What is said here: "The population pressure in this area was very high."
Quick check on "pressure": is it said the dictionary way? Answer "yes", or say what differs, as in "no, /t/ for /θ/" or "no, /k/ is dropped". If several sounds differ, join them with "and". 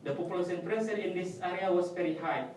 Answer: no, /s/ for /ʃ/